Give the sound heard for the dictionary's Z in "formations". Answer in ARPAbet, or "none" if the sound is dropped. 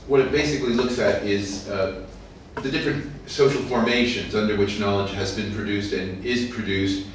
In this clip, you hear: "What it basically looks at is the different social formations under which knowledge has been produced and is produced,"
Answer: Z